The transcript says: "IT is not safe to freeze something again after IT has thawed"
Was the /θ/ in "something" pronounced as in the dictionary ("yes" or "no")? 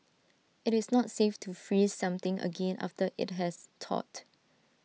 no